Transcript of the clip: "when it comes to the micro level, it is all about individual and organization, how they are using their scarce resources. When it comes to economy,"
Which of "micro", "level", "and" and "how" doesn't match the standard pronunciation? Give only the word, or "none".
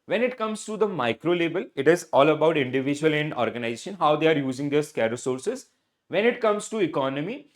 level